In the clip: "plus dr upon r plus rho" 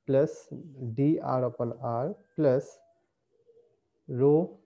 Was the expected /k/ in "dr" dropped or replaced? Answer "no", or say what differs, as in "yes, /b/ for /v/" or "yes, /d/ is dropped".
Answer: yes, /k/ is dropped